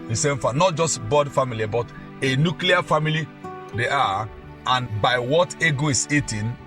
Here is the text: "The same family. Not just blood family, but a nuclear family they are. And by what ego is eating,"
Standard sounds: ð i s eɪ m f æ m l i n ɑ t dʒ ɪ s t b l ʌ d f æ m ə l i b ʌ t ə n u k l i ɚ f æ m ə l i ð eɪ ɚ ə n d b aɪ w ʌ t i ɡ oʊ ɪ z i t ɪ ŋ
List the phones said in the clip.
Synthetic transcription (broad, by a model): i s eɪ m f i n ɑ t dʒ ɪ s t b ɔ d f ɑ m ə l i b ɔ t ə n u k l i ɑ f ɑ m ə l i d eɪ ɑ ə n b aɪ w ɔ t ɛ ɡ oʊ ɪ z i t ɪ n